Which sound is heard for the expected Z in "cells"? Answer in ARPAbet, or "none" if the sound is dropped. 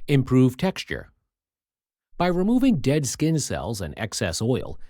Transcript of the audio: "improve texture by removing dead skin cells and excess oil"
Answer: Z